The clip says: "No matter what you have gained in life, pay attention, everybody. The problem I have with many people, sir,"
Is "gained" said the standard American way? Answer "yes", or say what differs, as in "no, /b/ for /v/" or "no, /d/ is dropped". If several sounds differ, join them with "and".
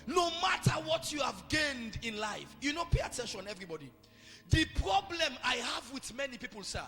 yes